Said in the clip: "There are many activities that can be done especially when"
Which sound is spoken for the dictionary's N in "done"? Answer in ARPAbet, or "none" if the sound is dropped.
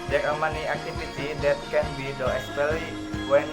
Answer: none